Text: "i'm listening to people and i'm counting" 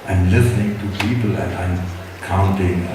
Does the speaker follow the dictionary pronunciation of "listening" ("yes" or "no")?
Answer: yes